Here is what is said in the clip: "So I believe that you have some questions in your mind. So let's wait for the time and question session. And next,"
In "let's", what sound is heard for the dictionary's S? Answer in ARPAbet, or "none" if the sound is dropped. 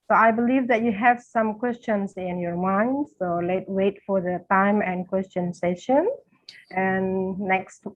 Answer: none